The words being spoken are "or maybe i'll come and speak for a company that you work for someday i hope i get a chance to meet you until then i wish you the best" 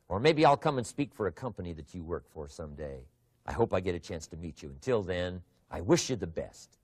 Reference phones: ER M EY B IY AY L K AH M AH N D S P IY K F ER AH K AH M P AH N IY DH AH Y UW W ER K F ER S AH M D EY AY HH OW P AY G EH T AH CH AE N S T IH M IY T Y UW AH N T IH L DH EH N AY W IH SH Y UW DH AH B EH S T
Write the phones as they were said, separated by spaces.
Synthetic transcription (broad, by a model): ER M EY B IY AY L K AH M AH N S P IY K F ER AH K AH M P AH N IY DH AH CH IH W ER K F ER S AH M D EY AY HH OW P AY G EH T AH CH AE N S T IH M IY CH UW AH N T IH L DH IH N AY W IH SH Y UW DH AH B EH S T